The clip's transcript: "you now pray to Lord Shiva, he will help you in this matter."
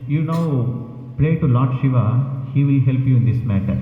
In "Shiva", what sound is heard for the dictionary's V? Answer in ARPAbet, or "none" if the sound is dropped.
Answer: V